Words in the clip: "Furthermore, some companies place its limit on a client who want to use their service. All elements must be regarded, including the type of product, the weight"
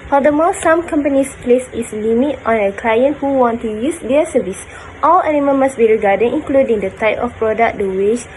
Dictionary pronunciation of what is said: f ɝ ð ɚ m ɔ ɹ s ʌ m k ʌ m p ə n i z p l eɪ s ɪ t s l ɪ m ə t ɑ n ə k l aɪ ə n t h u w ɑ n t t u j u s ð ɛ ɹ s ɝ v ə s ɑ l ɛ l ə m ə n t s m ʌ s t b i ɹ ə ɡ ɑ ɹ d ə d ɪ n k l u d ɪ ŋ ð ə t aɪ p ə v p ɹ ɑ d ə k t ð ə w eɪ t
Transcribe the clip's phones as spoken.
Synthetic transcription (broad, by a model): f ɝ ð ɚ m ɔ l s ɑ m k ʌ m p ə n i s p l eɪ s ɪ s l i m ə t ɑ n ə k l aɪ ə n t h u w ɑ n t t u j u s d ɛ s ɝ v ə s ɑ l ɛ n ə m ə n m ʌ s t b i ɹ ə ɡ ɑ d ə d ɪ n k l u d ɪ ŋ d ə t aɪ p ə f p ɹ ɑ d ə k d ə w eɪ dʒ